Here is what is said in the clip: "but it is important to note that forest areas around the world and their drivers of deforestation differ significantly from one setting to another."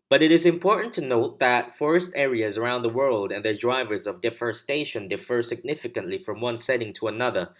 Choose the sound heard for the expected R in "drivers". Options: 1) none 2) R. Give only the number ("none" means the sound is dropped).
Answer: 2